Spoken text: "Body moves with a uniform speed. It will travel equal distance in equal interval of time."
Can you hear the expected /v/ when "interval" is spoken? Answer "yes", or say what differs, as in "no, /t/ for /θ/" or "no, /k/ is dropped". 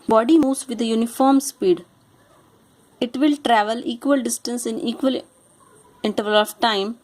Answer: yes